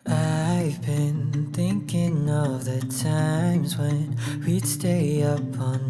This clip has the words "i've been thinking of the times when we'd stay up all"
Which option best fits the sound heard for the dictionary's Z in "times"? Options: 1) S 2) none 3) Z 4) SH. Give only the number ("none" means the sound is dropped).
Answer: 3